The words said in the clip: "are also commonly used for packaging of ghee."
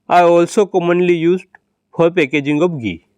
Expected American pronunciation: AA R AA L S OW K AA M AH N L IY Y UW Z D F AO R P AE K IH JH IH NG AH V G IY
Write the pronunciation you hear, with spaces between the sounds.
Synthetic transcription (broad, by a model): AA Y AA L S OW K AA M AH N L IY Y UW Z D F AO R P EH K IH JH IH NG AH B G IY